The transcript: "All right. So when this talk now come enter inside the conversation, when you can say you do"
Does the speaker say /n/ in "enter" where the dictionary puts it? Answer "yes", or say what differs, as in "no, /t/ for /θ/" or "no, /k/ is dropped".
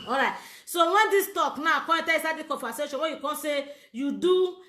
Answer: no, /n/ is dropped